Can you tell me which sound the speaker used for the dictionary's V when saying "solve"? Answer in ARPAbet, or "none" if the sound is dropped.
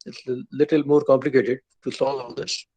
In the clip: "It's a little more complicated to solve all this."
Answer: none